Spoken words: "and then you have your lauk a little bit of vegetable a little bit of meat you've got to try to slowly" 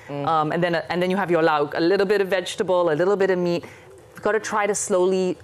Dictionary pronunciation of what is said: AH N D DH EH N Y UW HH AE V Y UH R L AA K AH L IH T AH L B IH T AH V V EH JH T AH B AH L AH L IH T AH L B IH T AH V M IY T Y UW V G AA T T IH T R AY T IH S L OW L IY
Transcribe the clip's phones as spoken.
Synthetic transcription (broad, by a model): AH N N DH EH N Y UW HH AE V Y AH R L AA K AH L IH T L B IH T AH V V EH JH T AH B AH L AH L IH T L B IH T AH V M IY T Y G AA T T IH T R AY T IH S L OW L IY